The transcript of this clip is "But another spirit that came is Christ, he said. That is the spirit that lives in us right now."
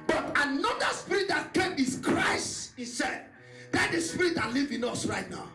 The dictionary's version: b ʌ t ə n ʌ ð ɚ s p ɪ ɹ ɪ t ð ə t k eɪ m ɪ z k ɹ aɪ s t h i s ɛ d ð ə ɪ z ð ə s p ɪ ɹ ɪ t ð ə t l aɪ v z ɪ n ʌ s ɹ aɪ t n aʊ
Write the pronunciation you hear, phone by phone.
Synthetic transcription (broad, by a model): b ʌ t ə n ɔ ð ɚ s p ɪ ɹ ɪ t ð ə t k eɪ m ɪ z k ɹ aɪ s t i s ɛ d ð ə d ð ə s p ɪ ɹ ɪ t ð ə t l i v ɪ n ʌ s ɹ aɪ t n aʊ